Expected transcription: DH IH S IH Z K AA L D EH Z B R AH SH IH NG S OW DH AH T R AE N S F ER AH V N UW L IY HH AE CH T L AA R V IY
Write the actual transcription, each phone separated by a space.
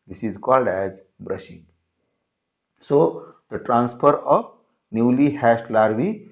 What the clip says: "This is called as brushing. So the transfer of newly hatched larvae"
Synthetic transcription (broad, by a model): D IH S IH Z K AA L D EH Z B R AH SH IH NG S OW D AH T R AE N S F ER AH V N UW L IY HH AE S T L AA R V IY